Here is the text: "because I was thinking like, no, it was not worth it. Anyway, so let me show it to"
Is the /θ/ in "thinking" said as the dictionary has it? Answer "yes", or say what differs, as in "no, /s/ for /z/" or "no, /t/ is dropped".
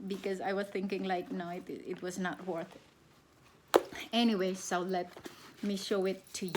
yes